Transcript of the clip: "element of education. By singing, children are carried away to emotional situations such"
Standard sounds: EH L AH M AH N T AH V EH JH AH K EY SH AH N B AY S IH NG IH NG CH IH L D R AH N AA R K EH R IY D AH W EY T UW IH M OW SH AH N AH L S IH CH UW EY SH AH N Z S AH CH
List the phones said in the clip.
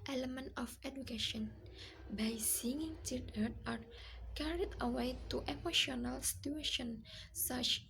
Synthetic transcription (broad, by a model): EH L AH M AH N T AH F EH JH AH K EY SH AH N B AY S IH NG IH NG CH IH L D AH AA R K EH R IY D AH W EY T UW IH M OW SH AH N AH L S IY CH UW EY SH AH N S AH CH